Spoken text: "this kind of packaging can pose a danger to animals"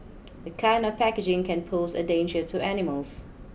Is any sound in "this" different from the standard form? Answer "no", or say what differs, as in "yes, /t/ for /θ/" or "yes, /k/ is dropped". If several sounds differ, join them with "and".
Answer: yes, /s/ is dropped